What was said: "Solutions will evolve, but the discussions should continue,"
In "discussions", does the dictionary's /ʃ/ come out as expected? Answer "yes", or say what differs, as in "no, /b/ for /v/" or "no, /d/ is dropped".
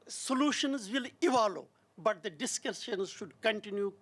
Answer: no, /s/ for /ʃ/